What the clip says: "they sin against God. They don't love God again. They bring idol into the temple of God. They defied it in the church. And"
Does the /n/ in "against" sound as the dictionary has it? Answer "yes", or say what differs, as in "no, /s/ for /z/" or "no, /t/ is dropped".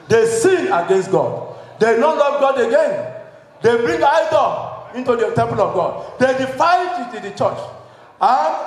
yes